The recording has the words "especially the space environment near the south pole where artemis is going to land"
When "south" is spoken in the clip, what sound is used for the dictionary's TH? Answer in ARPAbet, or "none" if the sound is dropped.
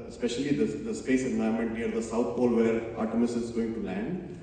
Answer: T